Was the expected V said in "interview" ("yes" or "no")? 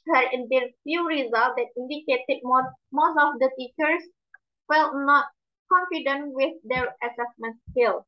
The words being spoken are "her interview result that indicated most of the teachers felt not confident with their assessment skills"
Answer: no